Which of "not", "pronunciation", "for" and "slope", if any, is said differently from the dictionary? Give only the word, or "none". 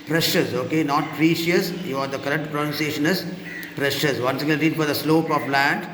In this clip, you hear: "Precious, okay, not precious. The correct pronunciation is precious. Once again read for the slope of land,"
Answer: none